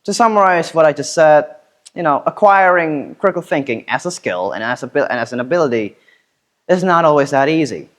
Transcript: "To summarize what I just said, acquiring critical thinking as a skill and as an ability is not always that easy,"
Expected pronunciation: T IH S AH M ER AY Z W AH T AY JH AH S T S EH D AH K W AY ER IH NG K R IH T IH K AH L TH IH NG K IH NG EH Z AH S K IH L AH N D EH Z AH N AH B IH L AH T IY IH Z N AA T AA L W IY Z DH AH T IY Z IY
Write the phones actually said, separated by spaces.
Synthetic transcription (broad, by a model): T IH S AH M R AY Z W AH T AY JH AH S T S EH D AH K W AY ER IH NG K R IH T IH K L TH IH NG K IH NG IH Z AH S K IH L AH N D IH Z AH N AH B IH L AH T IY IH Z N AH T AA L W IY Z DH AH T IY Z IY